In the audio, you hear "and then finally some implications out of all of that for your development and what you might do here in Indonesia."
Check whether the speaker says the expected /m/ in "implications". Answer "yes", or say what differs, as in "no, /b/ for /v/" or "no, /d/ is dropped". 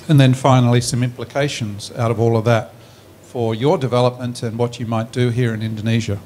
yes